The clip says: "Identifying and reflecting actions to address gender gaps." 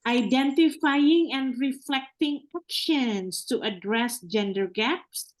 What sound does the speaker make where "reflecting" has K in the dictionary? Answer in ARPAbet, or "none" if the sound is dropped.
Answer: K